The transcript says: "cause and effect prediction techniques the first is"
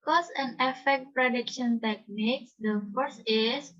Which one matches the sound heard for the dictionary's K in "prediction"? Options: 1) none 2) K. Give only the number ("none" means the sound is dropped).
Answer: 2